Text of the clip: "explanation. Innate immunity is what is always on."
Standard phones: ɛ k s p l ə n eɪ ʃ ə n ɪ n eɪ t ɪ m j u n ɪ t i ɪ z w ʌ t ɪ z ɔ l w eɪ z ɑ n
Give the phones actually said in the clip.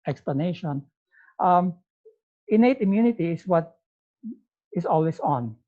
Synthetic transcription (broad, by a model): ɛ k s p l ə n eɪ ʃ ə n ɪ n eɪ t ɪ m j u n ɪ t i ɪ s w ʌ t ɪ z ɔ l w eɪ s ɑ n